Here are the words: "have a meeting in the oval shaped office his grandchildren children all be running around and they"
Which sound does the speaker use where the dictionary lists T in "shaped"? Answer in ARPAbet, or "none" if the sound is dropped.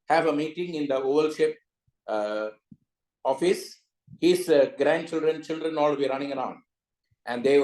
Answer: none